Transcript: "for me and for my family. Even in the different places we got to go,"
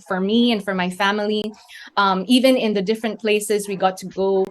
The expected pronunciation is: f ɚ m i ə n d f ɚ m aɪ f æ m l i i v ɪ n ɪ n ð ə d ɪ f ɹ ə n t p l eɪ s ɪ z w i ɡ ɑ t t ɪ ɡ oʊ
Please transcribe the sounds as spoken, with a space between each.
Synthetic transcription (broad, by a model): f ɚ m i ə n f ɚ m aɪ f æ m l i i v ɪ n ɪ n ð ə d ɪ f ɹ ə n p l eɪ s ɪ z w i ɡ ɑ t t ɪ ɡ oʊ